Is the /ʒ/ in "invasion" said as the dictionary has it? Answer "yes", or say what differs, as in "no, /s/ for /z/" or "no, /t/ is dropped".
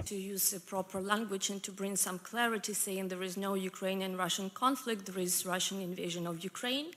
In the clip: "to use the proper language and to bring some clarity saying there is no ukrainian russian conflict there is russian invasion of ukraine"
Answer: yes